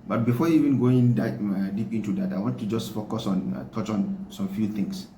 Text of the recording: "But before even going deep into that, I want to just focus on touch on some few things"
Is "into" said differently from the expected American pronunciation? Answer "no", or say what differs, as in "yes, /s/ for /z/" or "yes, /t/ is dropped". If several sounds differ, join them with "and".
no